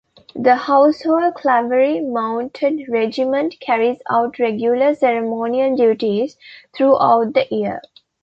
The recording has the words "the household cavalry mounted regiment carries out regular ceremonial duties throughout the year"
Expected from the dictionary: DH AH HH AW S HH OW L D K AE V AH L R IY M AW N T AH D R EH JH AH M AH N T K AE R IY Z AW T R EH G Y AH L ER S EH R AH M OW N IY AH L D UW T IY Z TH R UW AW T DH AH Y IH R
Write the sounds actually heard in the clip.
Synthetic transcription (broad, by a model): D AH HH AW S HH OW L D K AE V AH R IY M AW N T AH D R EH JH AH M AH N T K AE R IY Z AW T R EH G Y AH L ER S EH R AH M OW N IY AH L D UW T IY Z T R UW AW T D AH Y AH R